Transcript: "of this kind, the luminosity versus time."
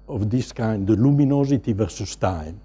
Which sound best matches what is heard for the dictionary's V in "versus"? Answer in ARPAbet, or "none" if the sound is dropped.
V